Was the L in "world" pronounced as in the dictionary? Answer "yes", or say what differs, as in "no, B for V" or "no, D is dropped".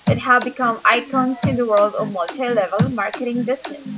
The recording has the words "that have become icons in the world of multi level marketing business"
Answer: yes